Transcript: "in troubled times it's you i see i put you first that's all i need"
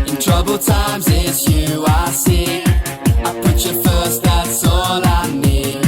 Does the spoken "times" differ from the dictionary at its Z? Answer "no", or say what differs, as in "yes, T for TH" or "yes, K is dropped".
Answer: no